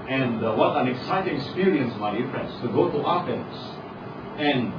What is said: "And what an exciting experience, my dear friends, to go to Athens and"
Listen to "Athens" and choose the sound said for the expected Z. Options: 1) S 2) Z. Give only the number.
1